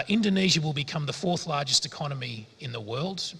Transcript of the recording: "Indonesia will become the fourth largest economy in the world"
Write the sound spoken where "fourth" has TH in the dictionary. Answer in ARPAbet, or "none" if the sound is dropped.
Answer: TH